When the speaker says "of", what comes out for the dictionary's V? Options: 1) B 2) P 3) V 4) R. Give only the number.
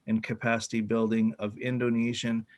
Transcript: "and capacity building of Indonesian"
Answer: 3